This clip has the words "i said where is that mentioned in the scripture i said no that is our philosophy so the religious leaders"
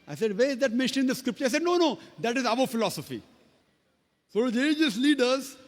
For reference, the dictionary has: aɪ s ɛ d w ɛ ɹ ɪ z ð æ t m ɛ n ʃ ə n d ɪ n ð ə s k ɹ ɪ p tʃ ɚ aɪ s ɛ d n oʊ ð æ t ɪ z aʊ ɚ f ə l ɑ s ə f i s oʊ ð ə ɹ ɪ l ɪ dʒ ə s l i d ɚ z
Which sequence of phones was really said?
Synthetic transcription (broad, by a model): aɪ s ɛ d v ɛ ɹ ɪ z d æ t m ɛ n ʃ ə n ɪ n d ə s k ɹ ɪ p tʃ ɚ aɪ s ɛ d n oʊ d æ t ɪ z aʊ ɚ f ə l ɑ s ə f i s oʊ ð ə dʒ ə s l i d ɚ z